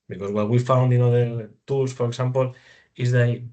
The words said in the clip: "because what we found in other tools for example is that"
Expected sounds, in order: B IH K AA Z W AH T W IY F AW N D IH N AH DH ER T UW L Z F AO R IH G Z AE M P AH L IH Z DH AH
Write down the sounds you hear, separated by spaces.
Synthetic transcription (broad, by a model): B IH K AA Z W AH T W IY F AW N D IH N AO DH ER T UW L S F AO R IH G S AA M P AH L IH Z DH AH